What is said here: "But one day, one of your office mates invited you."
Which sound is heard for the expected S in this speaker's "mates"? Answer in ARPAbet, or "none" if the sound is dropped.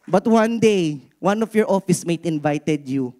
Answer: none